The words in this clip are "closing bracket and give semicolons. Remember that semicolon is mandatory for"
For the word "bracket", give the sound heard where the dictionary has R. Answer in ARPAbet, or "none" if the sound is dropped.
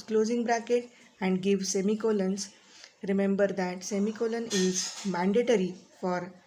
R